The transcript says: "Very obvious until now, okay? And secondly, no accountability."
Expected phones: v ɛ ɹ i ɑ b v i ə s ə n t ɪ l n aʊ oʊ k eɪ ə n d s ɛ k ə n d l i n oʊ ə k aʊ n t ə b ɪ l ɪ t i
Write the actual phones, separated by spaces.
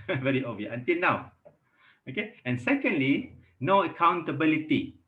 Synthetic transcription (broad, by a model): v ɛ ɹ i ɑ v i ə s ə n t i l n aʊ oʊ k eɪ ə n s ɛ k ə n d l i n oʊ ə k aʊ n t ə b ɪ l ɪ t i